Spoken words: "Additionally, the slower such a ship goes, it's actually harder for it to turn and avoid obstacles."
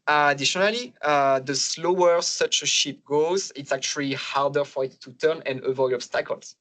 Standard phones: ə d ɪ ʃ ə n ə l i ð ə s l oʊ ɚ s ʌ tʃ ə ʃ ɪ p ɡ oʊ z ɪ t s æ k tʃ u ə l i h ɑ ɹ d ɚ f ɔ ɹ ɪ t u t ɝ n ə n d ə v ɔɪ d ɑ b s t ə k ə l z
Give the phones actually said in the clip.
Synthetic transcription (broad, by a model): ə d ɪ ʃ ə n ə l i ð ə s l oʊ ɚ s ʌ tʃ ə ʃ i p ɡ oʊ z ɪ t s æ k tʃ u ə l i h ɑ ɹ d ɚ f ɔ ɹ ɪ t u t ɝ n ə n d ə v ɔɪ ɑ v s t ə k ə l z